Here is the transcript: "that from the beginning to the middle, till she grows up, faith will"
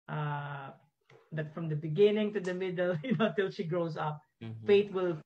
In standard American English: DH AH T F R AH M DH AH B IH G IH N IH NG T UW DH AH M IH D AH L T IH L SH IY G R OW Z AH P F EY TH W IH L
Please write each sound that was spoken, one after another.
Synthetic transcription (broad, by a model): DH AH T F R AH M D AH B IH G IH N IH NG T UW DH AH M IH D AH L T IH L SH IY G R OW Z AH P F EY T W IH L